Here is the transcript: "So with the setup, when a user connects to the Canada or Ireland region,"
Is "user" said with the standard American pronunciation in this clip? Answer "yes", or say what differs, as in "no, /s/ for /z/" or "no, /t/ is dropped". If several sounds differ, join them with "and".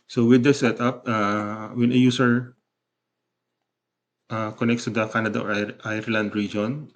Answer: no, /s/ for /z/